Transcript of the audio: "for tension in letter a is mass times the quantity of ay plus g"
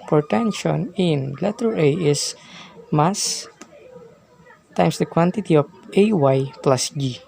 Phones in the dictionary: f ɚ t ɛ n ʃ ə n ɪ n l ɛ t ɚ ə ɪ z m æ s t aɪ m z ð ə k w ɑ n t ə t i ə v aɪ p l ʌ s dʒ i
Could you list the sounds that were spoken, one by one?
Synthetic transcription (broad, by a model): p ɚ t ɛ n ʃ ə n ɪ n l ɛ t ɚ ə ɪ s m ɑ s t aɪ m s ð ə k w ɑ n t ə t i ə w aɪ p l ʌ s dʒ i